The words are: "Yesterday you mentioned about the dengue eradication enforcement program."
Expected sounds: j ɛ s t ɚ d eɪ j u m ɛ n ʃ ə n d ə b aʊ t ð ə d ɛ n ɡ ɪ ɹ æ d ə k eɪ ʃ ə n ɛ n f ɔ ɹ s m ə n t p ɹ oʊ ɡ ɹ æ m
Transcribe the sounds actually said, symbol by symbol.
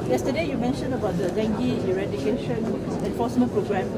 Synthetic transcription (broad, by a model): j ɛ s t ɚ d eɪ j u m ɛ n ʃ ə n ə b aʊ t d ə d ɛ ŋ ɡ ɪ ɹ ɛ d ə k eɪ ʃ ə n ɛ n f ɔ s m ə n p ɹ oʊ ɡ ɹ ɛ m